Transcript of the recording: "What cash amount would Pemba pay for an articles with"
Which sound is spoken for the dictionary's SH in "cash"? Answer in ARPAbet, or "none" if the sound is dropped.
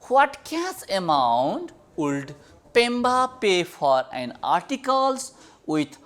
S